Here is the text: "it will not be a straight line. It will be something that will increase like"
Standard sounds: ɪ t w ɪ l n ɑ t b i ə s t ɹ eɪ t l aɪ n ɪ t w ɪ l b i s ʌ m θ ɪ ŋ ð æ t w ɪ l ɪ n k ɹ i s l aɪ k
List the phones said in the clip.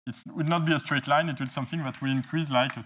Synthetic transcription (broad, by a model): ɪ t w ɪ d n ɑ t b i ə s t ɹ eɪ t l aɪ n ɪ t w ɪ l s ʌ m θ ɪ ŋ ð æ t w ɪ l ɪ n k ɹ i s l aɪ k